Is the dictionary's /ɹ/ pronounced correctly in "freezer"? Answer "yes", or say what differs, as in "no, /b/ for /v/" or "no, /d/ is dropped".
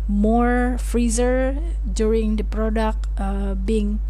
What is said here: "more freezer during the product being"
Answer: yes